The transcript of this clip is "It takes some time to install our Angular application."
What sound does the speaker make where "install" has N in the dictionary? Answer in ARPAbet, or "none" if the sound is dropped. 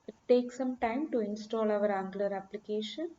N